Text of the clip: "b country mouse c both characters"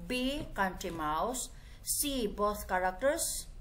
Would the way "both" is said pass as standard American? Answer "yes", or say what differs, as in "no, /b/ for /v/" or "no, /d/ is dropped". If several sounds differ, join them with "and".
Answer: no, /t/ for /θ/